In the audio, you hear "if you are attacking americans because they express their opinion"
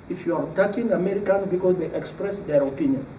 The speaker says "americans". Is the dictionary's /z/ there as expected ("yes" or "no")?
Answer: no